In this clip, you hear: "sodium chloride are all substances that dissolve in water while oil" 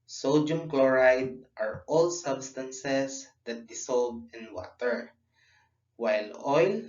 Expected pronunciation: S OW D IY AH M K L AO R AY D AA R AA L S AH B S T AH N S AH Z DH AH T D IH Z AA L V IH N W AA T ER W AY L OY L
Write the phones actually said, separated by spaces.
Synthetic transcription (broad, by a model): S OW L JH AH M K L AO R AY D AA R AA L S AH B S T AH N S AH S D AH T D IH S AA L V IH N W AA T ER W AY L OY L